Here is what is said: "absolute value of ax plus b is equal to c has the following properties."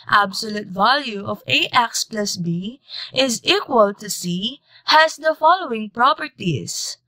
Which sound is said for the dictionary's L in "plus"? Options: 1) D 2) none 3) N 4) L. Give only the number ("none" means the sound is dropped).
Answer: 4